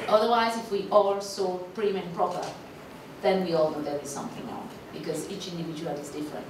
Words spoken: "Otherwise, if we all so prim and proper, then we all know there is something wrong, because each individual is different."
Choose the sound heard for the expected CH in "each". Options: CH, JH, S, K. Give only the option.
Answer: CH